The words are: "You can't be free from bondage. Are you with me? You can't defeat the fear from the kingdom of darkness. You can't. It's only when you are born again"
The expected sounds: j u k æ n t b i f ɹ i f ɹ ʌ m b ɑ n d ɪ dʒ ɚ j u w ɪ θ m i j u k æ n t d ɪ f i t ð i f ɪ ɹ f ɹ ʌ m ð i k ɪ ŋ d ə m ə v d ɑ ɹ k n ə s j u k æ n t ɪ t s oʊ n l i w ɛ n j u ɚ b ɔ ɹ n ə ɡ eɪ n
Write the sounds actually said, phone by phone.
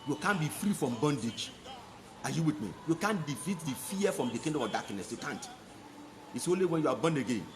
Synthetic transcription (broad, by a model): j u k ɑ n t b i f ɹ i f ɹ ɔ m b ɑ n d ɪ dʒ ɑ j u w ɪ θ m i j u k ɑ n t d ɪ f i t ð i f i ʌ f ɹ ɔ m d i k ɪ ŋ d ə ə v d ɑ k n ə s j u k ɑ n t ɪ t s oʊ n l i w ɛ n j u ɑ b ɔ n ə ɡ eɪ n